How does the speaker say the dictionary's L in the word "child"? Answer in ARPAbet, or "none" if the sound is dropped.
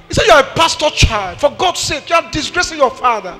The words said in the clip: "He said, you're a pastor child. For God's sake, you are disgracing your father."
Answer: L